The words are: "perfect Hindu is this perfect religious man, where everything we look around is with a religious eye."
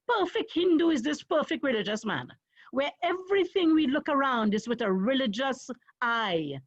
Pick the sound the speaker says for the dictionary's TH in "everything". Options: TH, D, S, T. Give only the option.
TH